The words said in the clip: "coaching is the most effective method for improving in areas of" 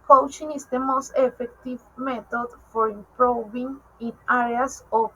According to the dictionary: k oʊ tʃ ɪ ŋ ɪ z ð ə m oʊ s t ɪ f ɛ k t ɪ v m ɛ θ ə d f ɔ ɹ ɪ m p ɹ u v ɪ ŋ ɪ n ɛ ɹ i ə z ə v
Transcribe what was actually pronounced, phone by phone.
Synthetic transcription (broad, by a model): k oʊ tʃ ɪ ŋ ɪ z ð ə m oʊ s t ɪ f ɛ k t ɪ v m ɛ t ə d f ɔ ɹ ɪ m p ɹ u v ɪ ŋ ɪ n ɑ ɹ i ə s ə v